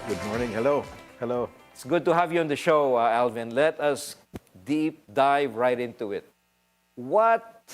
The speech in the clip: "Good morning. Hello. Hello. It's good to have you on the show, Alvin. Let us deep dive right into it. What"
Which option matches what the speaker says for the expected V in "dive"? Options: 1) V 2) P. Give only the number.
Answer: 1